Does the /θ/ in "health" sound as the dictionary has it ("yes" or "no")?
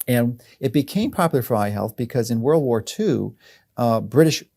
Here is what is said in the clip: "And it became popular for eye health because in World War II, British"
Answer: yes